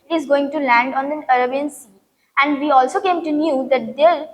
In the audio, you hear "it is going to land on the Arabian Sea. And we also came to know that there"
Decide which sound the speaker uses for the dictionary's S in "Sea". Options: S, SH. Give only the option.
S